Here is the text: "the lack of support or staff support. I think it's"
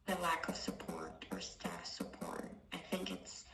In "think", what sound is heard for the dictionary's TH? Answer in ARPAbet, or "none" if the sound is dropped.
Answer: TH